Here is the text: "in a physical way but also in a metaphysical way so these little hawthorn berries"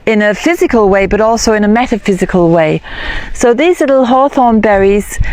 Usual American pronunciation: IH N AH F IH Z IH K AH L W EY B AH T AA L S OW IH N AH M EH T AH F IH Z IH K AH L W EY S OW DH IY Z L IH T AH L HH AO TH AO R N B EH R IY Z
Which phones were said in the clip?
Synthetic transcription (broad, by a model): IH N AH F IH Z IH K AH L W EY B AH T AA L S OW IH N AH M EH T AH F IH Z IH K AH L W EY S OW DH IY Z L IH T L HH AO TH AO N B EH R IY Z